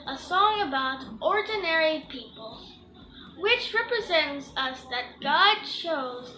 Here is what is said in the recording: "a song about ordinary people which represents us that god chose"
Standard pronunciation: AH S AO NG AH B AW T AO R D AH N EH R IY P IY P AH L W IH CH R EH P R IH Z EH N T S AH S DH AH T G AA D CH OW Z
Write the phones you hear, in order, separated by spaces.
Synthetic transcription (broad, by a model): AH S AO NG AH B AW T AO R D N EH R IY P IY P AH L W IH CH R EH P R IH Z EH N T S AH S DH AH T G AA D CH OW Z